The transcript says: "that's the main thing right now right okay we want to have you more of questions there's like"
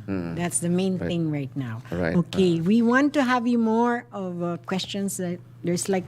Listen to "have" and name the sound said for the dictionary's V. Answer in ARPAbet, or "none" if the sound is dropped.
V